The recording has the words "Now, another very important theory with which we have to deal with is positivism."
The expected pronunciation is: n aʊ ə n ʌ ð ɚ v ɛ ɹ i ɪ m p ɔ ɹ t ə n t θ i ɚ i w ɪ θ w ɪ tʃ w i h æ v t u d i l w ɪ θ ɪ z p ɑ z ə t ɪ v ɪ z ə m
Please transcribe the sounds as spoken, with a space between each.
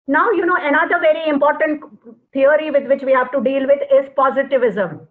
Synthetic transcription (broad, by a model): n aʊ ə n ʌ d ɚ v ɛ ɹ i ɪ m p ɔ ɹ t ə n t t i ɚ i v ɪ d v ɪ tʃ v i h æ v t u d i l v ɪ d ɪ z p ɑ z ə t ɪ v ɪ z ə m